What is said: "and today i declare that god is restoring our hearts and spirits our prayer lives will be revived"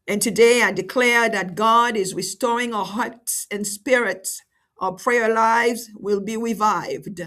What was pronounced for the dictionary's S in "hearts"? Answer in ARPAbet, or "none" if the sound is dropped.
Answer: S